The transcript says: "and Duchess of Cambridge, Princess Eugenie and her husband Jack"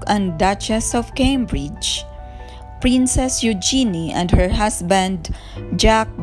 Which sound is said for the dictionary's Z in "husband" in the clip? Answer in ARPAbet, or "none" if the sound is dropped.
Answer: S